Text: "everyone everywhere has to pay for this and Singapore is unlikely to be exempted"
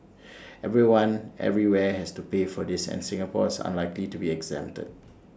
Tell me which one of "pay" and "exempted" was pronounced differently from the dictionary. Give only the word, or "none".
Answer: exempted